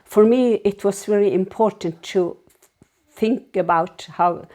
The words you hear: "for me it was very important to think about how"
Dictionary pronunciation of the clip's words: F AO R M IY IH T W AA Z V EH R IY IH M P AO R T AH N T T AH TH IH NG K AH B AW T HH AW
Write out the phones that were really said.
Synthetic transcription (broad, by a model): F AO R M IY IH T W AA S V EH R IY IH M P AO R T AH N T T AH TH IH NG K AH B AW T HH AW